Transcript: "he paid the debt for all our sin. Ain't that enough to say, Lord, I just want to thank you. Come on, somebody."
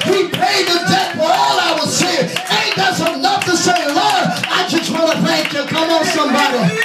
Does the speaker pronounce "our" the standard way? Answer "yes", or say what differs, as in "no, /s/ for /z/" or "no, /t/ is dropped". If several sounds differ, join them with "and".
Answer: no, /l/ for /ɹ/